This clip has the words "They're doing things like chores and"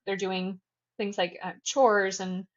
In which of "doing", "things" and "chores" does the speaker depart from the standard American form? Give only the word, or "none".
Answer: none